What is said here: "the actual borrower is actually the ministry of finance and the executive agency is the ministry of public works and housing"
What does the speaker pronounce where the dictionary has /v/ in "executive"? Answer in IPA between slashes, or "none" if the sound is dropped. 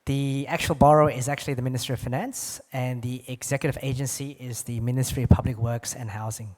/v/